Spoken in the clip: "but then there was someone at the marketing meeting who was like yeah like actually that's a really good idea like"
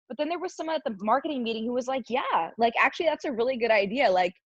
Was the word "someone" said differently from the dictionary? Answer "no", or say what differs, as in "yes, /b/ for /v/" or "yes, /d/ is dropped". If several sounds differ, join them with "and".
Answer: yes, /n/ is dropped